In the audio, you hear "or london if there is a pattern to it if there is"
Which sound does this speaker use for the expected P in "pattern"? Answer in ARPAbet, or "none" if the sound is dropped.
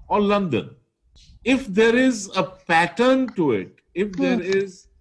P